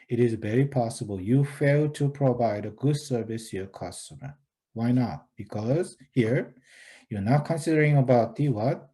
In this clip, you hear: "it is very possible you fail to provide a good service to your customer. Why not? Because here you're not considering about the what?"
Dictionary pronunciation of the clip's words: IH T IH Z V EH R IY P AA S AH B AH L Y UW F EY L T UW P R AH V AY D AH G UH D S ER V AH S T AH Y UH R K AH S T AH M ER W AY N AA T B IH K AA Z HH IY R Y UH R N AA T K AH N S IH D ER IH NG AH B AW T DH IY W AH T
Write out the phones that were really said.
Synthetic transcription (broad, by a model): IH T IH Z V EH R IY P AA S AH B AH L Y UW F EY L T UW P R AH V AY D AH G UH D S ER V AH S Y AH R K AH S T AH M ER W AY N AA T B IH K AA Z HH IY R Y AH R N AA T K AH N S IH D ER IH NG AH B AW T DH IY W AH T